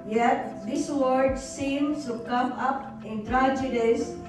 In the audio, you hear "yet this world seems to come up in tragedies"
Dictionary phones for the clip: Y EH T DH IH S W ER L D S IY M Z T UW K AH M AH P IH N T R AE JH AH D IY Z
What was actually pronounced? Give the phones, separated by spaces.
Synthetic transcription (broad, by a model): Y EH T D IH S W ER D S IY M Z T UW K AH M AH P IH N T R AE JH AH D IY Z